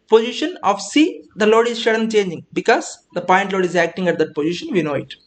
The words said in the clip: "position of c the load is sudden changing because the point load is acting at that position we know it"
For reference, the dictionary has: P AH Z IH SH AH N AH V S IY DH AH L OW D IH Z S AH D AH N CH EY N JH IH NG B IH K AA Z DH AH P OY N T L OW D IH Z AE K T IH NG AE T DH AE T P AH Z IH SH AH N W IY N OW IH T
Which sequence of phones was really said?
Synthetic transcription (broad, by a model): P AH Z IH SH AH N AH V S IY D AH L OW D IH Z SH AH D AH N CH EY N JH IH NG B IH K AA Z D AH P OY N T L OW D IH Z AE K T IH NG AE T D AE T P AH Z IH SH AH N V IY N OW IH T